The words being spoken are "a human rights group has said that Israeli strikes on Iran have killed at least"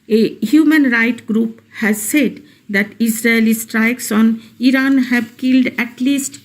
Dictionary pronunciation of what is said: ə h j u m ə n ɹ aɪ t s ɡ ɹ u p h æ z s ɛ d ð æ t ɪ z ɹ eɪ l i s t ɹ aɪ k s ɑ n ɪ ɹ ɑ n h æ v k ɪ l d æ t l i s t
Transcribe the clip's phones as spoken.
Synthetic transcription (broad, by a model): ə h j u m ə n ɹ aɪ t ɡ ɹ u p h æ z s ɛ d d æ t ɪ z ɹ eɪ l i s t ɹ aɪ k s ɑ n ɪ ɹ ɑ n h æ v k ɪ l d æ t l i s t